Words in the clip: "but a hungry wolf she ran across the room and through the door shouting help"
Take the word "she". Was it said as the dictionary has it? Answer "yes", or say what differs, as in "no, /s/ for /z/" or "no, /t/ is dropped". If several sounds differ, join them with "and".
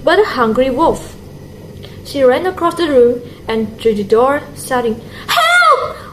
yes